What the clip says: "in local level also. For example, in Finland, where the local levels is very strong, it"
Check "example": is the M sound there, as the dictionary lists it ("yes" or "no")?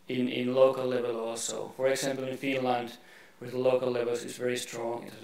yes